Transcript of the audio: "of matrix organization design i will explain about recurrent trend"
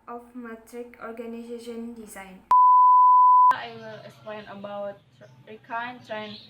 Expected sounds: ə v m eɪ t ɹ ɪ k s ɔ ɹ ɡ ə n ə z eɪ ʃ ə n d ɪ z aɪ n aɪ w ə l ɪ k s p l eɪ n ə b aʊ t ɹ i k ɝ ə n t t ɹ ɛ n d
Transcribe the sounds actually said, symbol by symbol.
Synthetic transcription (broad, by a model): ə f m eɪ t ɹ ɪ k ɔ ɹ ɡ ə n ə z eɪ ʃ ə n d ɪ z aɪ n aɪ w ə l ɪ k s p l eɪ n ə b aʊ t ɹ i k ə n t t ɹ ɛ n